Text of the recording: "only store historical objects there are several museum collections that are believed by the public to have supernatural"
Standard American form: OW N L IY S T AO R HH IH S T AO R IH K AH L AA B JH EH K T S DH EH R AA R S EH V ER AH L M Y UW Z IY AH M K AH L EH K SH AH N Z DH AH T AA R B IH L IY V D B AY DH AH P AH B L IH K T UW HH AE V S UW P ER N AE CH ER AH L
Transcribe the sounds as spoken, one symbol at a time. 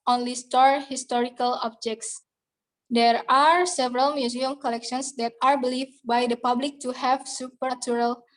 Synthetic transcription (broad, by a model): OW N L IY S T AO R HH IH S T AO R IH K AH L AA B JH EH K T S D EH R AA R S EH V ER AH L M Y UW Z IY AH M K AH L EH K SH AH N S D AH T AA R B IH L IY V B AY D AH P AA B L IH K T UW HH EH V S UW P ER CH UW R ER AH L